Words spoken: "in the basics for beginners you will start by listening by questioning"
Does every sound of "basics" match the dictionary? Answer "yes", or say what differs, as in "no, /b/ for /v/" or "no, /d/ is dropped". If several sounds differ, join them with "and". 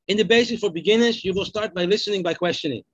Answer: no, /k/ is dropped